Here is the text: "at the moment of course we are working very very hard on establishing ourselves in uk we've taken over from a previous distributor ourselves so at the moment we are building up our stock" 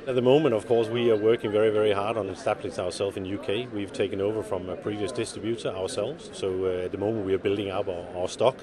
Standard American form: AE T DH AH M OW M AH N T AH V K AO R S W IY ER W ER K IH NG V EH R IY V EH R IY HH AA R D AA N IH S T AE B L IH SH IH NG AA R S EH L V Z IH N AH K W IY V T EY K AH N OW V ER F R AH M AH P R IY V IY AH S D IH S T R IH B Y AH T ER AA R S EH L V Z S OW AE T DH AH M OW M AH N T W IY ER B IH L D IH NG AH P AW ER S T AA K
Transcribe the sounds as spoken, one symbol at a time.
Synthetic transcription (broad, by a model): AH T DH AH M OW M AH N T AH V K AO R S W IY ER W ER K IH NG V EH R IY V EH R IY HH AA R D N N S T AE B L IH S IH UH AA R S EH L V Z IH N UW K W IY V T EY K AH N OW V ER F R AH M AH P R IY V IY AH S D IH S T R IH B Y AH T ER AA R S EH L V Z S OW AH T DH AH M OW M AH N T W IY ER B IH L D IH NG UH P AW ER S T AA K